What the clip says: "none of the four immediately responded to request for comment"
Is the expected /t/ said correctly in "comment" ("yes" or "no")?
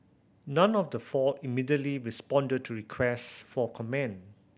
no